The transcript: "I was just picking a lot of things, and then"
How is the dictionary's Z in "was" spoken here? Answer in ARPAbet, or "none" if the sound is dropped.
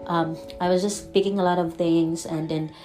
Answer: Z